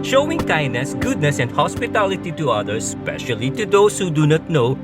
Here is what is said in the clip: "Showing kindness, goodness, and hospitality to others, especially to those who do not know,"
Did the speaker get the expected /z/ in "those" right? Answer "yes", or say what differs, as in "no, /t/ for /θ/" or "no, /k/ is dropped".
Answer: no, /s/ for /z/